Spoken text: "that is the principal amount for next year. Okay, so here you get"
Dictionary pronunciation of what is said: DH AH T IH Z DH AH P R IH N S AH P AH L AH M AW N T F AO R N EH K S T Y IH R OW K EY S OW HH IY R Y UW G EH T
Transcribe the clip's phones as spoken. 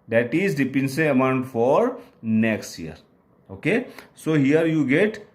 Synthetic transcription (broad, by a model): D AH T IH Z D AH P IH N S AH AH AH M AW N T F AO R N EH K S T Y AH R OW K EY S OW HH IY R Y UW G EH T